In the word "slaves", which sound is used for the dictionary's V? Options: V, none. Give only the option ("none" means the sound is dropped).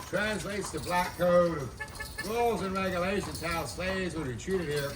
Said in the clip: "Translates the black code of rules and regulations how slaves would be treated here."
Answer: none